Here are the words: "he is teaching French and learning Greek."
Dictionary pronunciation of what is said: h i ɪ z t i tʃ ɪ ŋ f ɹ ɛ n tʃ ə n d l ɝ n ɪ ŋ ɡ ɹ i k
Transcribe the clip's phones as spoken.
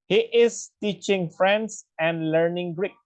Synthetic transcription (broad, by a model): h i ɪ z t i tʃ ɪ ŋ f ɹ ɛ n s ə n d l ɝ n ɪ ŋ ɡ ɹ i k